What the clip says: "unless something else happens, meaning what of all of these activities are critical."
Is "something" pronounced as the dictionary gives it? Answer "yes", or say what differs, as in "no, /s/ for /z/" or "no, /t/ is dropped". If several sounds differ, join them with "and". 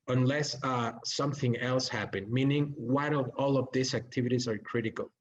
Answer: yes